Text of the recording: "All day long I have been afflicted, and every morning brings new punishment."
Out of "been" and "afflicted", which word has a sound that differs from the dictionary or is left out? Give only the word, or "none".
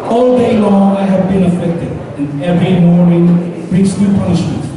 afflicted